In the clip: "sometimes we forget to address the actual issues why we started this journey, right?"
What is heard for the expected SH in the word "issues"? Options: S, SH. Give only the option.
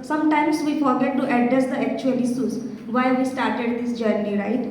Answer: S